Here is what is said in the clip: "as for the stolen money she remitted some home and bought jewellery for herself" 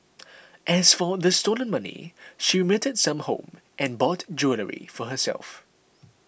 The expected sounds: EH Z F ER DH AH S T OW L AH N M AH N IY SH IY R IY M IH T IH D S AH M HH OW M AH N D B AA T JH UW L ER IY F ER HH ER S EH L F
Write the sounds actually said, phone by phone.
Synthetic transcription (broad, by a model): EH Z F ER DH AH S T OW L AH N M AH N IY SH IY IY M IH T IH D S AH M HH OW M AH N B AA T JH UW L ER IY F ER HH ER S EH L F